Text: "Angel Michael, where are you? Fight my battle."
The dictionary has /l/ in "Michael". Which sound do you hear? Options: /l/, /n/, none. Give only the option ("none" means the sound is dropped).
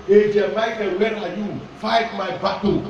/n/